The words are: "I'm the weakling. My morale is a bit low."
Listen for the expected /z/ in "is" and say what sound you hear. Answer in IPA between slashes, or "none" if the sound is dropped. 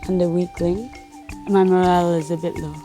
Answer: /z/